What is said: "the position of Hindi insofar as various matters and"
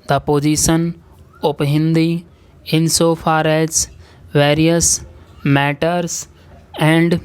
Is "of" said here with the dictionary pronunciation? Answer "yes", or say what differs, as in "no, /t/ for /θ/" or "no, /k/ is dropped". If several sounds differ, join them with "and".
no, /p/ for /v/